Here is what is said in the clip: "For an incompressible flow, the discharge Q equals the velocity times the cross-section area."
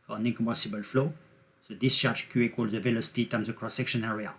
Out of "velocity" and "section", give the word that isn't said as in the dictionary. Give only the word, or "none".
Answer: none